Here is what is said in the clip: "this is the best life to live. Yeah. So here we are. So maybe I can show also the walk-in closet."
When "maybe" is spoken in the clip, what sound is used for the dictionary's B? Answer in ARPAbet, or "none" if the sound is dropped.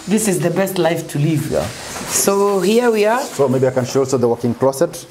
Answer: B